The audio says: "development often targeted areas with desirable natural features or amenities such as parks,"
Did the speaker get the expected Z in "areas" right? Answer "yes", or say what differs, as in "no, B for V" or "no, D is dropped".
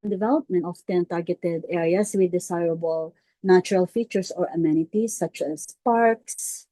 no, S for Z